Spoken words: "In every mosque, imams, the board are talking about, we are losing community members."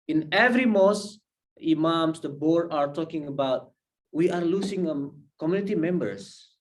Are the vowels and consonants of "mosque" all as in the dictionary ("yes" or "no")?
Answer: no